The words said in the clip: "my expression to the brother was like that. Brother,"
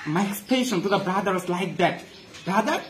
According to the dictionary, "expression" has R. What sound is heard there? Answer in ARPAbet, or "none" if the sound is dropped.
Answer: none